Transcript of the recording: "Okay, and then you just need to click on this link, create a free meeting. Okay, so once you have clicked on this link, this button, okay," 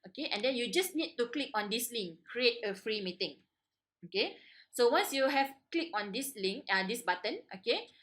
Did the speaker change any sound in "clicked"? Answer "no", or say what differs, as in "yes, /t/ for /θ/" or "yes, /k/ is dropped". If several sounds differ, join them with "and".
yes, /t/ is dropped